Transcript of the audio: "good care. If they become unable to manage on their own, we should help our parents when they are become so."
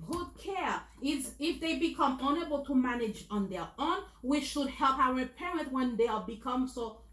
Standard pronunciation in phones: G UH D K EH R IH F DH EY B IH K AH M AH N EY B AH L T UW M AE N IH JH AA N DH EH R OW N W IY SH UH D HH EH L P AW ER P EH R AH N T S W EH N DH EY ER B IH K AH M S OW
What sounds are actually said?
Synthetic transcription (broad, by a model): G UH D K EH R IH F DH EY B IH K AH M AH N EY B AH L T UW M AE N IH JH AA N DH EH R OW N W IY SH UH D HH EH L P AW ER P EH R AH N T W EH N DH EY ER B IH K AH M S OW